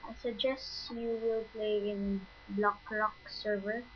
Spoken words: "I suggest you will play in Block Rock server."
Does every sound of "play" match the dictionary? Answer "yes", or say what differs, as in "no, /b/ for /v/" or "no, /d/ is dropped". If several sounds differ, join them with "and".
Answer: yes